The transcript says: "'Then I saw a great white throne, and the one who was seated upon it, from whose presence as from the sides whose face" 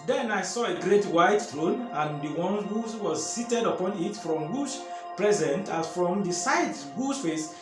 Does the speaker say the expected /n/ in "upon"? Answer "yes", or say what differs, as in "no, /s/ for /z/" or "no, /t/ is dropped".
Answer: yes